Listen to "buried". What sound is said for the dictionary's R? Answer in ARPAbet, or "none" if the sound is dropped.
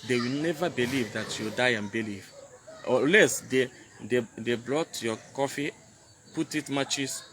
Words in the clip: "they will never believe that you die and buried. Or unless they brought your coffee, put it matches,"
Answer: L